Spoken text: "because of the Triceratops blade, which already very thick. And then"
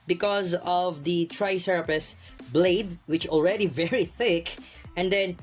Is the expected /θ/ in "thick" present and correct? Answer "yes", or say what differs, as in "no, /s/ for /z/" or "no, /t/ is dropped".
yes